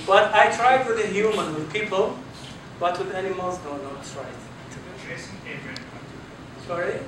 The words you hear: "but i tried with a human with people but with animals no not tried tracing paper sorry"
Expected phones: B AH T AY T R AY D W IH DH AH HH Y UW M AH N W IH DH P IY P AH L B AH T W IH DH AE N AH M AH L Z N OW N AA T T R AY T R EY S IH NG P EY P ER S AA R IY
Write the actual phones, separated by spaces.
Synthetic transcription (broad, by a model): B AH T AY T R AY D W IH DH AH HH Y UW M AH N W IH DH P IY P AH L B AH T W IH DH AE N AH M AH L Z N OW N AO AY S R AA IH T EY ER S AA R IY